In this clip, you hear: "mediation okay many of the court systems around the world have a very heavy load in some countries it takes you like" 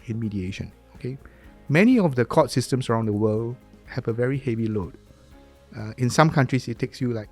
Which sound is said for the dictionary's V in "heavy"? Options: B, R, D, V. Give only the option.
V